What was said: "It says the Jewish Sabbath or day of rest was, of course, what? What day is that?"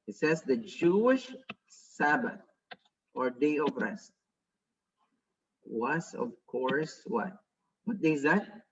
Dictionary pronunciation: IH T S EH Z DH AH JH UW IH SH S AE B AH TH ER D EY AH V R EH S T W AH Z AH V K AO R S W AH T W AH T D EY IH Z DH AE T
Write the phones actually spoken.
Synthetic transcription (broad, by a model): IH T S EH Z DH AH JH UW IH SH S AE B AH TH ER D EY AH V R EH S T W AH S AH V K AO R S W AH T W AH T D EY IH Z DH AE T